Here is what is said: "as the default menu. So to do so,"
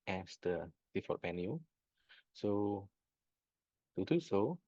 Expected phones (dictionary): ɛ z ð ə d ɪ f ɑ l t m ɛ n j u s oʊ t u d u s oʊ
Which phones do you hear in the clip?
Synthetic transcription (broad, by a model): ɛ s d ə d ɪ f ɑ t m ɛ n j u s oʊ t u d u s oʊ